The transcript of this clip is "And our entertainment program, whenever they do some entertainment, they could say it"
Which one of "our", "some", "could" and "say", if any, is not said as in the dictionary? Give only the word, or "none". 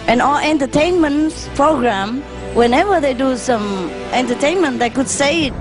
our